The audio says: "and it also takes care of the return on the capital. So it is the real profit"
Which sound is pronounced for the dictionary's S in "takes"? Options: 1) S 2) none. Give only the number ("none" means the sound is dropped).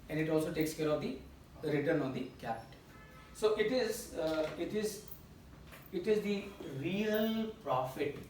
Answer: 1